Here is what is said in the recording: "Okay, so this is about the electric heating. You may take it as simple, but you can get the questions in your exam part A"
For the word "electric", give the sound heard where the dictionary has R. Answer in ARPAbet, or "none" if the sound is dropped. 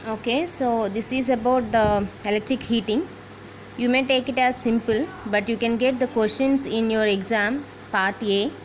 R